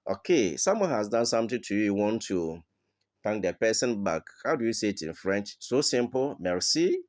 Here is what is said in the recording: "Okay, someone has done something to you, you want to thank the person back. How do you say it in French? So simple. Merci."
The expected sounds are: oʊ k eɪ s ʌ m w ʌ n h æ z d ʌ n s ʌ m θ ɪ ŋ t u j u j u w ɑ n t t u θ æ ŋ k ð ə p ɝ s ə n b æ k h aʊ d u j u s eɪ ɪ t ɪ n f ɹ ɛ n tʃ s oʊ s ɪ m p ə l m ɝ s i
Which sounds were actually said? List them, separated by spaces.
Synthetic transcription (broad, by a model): oʊ k eɪ s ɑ m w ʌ n h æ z d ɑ n s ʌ m t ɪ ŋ t u j u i w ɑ n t t u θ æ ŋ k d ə p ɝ s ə n b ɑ k h aʊ d u j u s eɪ ɪ t ɪ n f ɹ ɛ n tʃ s oʊ s ɪ m p ə l m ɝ s i